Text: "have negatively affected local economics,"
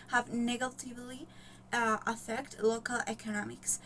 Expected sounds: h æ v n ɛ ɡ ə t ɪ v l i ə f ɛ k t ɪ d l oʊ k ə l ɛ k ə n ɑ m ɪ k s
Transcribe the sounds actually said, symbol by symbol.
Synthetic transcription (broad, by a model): h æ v n ɛ ɡ ə t ɪ v l i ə f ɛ k t l oʊ k ə l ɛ k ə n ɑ m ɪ k s